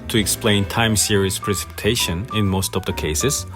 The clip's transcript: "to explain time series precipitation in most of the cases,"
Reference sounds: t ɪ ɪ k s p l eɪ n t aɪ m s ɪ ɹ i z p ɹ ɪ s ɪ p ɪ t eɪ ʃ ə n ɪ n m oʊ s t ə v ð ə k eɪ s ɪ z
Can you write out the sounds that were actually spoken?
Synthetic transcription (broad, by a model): t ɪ ɪ k s p l eɪ n t aɪ m s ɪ ɹ i s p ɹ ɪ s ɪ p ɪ t eɪ ʃ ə n ɪ n m oʊ s t ə v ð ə k eɪ s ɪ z